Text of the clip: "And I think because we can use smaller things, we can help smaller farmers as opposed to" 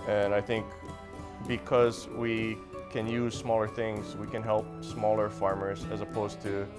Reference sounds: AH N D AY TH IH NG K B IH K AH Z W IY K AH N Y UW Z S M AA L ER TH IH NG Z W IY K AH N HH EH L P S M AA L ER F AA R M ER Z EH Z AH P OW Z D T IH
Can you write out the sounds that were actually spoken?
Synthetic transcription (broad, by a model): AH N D AY TH IH NG K B IH K AH Z W IY K AH N Y UW Z S M AA L ER TH IH NG Z W IY K AH N HH EH L P S M AA L ER F AA R M ER Z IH Z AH P OW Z T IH